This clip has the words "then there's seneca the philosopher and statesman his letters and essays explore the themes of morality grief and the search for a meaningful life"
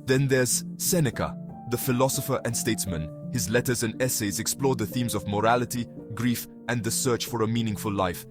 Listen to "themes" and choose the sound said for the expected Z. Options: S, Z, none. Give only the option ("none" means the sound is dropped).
Z